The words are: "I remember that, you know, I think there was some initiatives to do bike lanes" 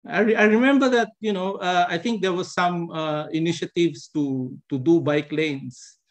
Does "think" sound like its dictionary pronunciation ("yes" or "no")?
no